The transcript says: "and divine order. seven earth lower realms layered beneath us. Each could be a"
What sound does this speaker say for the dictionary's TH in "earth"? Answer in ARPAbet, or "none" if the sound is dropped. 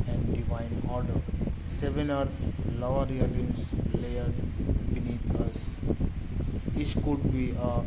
T